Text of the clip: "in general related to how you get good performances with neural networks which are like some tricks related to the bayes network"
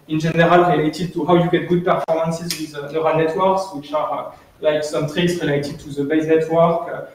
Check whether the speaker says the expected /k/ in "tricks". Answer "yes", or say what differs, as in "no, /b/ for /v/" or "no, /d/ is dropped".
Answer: no, /k/ is dropped